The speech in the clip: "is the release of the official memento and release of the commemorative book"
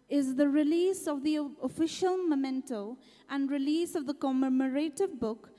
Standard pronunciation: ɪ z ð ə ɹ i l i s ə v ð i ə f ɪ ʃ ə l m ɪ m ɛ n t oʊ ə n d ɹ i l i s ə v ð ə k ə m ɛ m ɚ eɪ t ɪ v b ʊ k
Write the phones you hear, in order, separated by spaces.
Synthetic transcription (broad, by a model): ɪ z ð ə ɹ i l i s ə v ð i ə f ɪ ʃ ə l m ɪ m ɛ n t oʊ ə n d ɹ i l i s ə v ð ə k ə m ɛ m ɚ eɪ t ɪ v b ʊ k